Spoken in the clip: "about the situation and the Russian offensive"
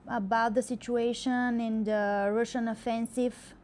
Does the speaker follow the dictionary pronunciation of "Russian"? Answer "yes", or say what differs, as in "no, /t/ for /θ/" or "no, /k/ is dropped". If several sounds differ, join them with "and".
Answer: yes